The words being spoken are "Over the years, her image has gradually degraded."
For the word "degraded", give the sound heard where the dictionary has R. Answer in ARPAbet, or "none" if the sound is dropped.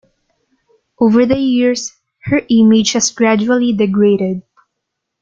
R